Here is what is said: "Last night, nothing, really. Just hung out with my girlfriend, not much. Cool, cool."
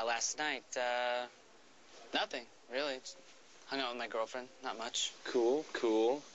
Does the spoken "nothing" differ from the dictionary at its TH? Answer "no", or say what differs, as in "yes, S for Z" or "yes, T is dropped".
no